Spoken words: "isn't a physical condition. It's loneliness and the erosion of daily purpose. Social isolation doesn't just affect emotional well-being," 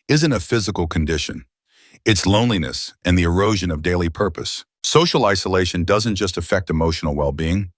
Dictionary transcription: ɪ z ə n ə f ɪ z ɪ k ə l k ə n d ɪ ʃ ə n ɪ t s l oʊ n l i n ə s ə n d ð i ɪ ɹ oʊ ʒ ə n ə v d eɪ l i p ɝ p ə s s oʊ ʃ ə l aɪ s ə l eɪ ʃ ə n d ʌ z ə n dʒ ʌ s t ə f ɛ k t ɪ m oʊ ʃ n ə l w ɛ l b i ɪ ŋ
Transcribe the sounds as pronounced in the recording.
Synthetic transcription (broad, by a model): ɪ z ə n ə f ɪ z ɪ k l k ə n d ɪ ʃ ə n ɪ t s l oʊ n l i n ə s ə n ð i ɪ ɹ oʊ ʒ ə n ə v d eɪ l i p ɝ p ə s s oʊ ʃ l aɪ s ə l eɪ ʃ ə n d ʌ z ə n dʒ ʌ s t ə f ɛ k t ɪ m oʊ ʃ n l w ɛ l b i ɪ ŋ